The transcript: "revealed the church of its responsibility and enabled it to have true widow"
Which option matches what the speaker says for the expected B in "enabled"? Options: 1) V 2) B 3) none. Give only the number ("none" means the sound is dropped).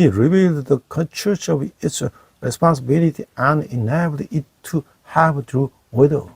3